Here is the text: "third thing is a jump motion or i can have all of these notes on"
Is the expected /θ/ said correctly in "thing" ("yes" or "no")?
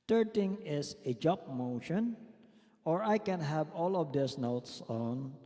no